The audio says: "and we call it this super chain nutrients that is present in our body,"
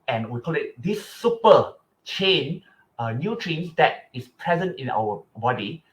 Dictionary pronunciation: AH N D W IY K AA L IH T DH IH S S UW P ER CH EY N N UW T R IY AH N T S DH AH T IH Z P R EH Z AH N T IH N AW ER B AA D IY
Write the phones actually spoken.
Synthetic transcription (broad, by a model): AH N W IY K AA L IH T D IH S S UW P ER CH EY N N UW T R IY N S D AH T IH S P R EH Z AH N T IH N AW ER B AA D IY